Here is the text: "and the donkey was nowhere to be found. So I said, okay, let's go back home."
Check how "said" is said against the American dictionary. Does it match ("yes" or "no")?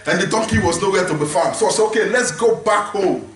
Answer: no